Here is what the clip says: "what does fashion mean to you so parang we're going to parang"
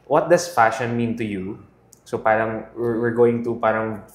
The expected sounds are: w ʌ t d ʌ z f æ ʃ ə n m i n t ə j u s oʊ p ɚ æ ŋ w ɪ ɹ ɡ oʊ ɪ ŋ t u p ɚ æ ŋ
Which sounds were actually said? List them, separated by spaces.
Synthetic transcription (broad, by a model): w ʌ t d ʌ s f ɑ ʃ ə n m i n t ə j u s oʊ p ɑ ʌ ŋ w ɪ ɹ ɡ oʊ ɪ ŋ t u p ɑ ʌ ŋ